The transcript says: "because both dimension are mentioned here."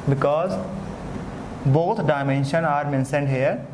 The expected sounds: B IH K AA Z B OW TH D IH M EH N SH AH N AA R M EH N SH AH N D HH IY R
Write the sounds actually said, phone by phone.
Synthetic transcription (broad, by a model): B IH K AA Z B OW T D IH M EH N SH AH N AA R M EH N S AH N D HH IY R